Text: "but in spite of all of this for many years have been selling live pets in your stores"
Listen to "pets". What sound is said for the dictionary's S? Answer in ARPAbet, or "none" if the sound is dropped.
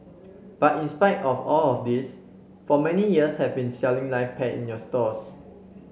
none